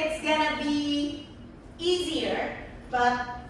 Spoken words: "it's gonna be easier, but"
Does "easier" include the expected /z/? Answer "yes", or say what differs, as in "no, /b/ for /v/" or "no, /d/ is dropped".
yes